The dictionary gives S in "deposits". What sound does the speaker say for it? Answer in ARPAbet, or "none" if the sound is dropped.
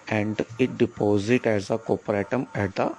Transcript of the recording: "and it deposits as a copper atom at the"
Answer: none